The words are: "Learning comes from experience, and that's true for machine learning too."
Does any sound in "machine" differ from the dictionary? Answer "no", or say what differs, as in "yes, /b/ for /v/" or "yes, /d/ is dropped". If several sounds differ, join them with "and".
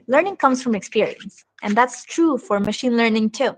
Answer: no